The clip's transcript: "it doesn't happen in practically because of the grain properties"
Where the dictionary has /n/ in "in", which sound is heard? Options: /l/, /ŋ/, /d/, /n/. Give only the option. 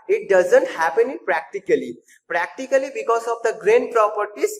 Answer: /l/